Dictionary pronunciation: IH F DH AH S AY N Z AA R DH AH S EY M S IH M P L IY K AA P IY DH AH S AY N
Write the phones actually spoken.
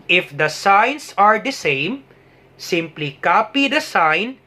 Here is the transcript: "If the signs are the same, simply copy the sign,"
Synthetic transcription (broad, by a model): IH F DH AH S AY N S AA R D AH S EY M S IH M P L IY K AA P IY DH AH S AY N